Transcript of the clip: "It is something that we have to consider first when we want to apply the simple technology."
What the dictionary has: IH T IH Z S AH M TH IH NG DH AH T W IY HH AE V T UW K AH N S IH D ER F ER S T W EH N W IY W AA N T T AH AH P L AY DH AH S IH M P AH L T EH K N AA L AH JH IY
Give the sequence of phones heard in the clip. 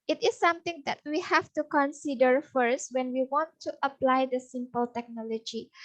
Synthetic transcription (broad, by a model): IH T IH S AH M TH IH NG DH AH T W IY HH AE F T UW K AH N S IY D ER F ER S T W EH N W IY W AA N T T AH AH P L AY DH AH S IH M P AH L T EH K N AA L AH JH IY